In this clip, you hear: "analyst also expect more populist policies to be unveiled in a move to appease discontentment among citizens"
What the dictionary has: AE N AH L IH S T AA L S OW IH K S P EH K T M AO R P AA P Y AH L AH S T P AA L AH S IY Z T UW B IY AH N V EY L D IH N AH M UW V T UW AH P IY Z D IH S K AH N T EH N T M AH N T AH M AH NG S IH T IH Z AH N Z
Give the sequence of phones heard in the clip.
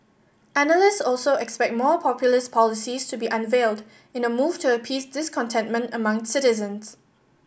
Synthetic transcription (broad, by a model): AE N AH L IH S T AA L S OW IH K S P EH K T M AO P AA P Y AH L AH S P AA L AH S IY S T UW B IY AH N V EY L D IH N AH M UW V T UW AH P IY S D IH S K AH N T EH N T M AH N T AH M AH NG S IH T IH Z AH N S